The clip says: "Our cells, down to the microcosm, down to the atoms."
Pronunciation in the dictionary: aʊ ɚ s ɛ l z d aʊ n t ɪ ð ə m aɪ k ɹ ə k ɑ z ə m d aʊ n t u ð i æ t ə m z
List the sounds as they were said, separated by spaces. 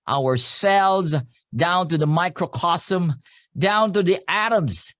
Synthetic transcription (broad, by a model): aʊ ɚ s ɛ l z d aʊ n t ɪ ð ə m aɪ k ɹ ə k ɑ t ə m d aʊ n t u ð i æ t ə m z